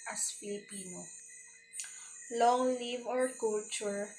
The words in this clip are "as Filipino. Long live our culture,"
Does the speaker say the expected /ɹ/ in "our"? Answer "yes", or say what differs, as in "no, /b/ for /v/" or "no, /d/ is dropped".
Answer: yes